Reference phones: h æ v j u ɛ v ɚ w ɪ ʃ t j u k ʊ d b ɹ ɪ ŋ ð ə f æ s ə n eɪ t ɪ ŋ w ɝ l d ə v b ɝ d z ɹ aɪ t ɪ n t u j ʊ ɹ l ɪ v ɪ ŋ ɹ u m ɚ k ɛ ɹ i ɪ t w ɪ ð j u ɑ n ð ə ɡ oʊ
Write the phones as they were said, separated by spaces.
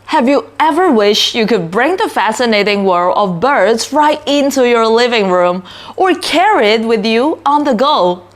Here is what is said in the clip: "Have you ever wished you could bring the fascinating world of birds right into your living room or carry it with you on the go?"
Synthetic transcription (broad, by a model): h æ v j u ɛ v ɚ w ɪ ʃ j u k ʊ d b ɹ ɪ ŋ ð ə f æ s ə n eɪ t ɪ ŋ w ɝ ə v b ɝ d z ɹ aɪ t ɪ n t u j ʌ ɹ l ɪ v ɪ ŋ ɹ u m ɚ k ɛ ɹ i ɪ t w ɪ ð j u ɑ n ð ə ɡ oʊ